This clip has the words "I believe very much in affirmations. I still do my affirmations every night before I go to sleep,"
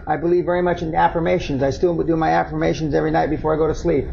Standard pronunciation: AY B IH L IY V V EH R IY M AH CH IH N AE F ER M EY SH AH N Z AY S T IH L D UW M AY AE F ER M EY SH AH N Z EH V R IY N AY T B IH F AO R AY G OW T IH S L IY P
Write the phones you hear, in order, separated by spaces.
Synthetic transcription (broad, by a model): AY B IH L IY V V EH R IY M AH CH IH N AE F ER M EY SH AH N Z AY S T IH W D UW M AY AE F ER M EY SH AH N Z EH V R IY N AY T B IH F AO R AY G OW T IH S L IY P